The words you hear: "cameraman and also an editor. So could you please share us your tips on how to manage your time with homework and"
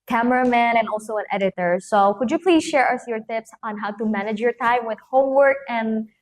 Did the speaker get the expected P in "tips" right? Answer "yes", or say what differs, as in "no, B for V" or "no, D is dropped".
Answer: yes